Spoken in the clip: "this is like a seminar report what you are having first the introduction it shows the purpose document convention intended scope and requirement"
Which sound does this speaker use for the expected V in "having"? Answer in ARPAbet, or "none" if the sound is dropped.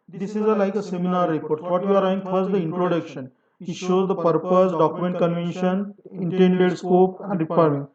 none